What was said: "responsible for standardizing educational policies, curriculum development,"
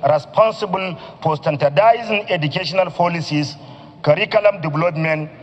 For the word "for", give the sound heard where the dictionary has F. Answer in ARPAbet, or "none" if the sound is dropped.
P